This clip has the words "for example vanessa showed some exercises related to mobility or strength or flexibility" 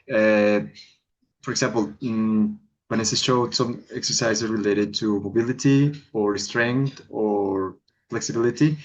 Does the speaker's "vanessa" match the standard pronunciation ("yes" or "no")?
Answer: no